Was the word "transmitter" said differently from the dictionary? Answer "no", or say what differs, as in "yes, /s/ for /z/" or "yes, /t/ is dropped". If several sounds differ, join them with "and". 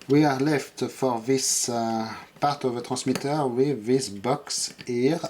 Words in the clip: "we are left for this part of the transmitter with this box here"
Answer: yes, /n/ is dropped